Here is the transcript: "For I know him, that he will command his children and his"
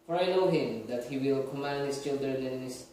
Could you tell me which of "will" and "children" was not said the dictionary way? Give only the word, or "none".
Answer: none